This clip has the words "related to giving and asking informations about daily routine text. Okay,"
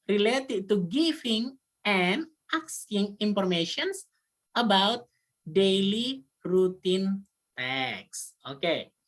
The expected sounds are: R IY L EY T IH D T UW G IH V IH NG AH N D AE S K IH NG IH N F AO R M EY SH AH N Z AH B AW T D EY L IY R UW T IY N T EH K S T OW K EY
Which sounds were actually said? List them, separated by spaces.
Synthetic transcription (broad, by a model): R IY L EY T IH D T UW G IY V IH NG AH N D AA S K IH NG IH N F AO R M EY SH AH N S AH B AW T D EY L IY R UW T IY N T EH K S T OW K EY